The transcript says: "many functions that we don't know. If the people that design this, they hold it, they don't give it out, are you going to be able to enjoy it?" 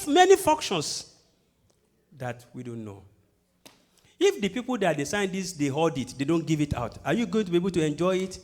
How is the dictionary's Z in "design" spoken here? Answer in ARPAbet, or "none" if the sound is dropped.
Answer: S